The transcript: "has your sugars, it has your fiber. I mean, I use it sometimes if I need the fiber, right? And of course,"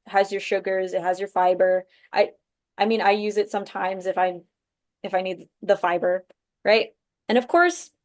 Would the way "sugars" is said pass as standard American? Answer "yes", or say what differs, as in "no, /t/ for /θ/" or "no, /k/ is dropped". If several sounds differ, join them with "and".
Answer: yes